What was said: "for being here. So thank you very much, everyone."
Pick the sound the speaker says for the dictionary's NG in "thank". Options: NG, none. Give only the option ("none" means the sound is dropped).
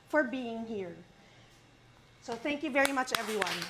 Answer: NG